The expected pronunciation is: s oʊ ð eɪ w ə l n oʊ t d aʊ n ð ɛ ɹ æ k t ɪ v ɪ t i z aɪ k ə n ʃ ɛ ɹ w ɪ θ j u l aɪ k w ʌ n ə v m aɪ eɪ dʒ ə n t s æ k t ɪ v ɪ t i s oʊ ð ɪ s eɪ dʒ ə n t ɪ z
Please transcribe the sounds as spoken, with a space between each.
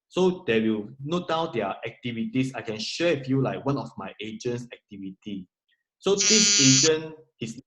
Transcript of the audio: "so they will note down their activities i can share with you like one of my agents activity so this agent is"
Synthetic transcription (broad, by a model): s oʊ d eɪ w ə l n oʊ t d aʊ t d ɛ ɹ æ k t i v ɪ t i s aɪ k ə n ʃ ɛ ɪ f j u l aɪ k w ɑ n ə f m aɪ eɪ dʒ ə n s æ k t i v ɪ t i s oʊ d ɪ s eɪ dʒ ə n ɪ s